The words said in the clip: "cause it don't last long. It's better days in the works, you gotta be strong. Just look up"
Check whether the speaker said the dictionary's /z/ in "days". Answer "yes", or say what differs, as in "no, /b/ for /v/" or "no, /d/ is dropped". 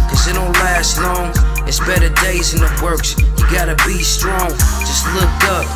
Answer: yes